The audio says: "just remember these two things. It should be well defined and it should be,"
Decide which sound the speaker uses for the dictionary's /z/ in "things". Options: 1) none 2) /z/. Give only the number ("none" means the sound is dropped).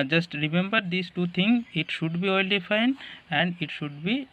1